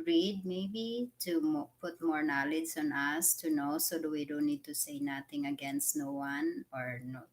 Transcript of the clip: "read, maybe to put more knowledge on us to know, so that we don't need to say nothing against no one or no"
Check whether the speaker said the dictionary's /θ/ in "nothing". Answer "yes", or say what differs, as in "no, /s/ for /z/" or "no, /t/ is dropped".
no, /t/ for /θ/